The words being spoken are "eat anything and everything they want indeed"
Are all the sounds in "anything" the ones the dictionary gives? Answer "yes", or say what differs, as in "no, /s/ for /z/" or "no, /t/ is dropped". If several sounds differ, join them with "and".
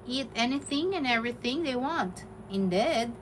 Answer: yes